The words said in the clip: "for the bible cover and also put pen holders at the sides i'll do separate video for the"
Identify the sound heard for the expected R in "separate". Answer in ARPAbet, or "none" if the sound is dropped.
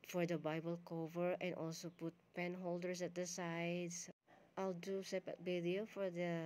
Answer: none